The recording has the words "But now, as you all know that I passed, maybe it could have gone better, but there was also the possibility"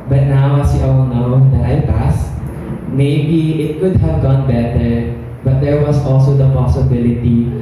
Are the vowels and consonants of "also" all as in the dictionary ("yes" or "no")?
yes